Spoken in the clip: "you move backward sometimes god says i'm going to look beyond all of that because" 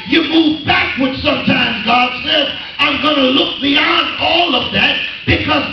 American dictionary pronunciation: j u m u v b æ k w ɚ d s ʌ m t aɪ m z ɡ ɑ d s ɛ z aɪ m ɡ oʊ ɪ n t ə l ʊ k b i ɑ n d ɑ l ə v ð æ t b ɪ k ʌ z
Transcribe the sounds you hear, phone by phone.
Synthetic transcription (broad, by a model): j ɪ m u v b æ k w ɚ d s ʌ m t aɪ m z ɡ ɑ d s ɛ z aɪ m ɡ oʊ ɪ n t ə l ʊ k b i ɑ n d ɑ l ə v ð æ t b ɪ k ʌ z